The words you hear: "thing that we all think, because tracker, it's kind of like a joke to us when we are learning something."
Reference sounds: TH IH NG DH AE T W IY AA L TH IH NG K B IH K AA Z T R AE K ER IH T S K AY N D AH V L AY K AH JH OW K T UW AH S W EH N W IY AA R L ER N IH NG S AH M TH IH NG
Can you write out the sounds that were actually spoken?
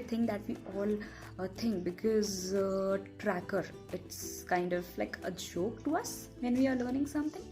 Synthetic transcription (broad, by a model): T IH NG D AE T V IY AA L T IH NG K B IH K AA Z T R AE K ER IH T S K AY N D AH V L AY K AH JH OW K T UW AH S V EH N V IY AA R L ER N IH NG S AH M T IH NG